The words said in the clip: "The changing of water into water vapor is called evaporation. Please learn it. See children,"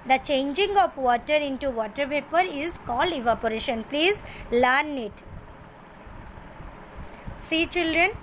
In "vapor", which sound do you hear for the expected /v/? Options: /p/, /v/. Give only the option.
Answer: /p/